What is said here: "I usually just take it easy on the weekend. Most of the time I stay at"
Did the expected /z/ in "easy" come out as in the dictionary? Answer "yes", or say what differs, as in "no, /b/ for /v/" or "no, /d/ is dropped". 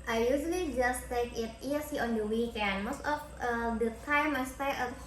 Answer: no, /s/ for /z/